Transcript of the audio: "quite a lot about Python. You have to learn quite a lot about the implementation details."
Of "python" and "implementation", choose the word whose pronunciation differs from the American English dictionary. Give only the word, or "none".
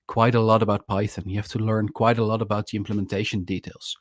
none